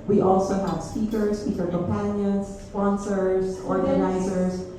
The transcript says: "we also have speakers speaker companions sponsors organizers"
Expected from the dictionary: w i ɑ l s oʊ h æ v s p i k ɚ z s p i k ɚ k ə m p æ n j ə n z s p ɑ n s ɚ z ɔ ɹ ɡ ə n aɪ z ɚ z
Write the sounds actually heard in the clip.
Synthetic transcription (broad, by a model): w i ɑ l s oʊ h æ v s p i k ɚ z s f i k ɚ k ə m p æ n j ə n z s p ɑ n s ɚ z ɔ ɹ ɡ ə n aɪ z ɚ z